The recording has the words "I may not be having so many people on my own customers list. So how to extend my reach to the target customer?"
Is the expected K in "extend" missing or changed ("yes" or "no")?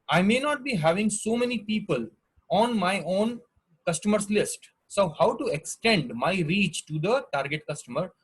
no